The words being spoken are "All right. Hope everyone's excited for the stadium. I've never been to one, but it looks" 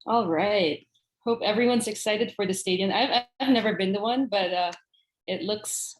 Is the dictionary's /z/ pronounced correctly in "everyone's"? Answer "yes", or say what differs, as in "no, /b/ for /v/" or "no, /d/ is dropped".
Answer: yes